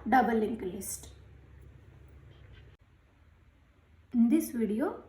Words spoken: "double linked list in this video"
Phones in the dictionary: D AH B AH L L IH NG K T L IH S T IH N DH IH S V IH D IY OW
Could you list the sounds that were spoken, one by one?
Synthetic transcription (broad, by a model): D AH B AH L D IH K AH L IH S T IH N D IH S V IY D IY OW